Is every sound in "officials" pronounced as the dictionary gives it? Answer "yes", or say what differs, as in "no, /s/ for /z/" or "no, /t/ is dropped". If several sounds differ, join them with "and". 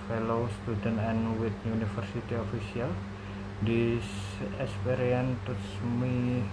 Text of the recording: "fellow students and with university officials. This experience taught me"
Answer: no, /s/ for /ʃ/